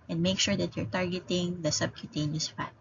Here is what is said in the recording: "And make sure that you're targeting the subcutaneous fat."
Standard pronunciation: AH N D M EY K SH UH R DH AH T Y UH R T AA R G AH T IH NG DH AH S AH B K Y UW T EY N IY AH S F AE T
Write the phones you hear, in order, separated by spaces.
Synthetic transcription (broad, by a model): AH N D M EY K SH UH R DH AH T Y UH R T AA R G AH T IH NG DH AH S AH B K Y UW T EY N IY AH S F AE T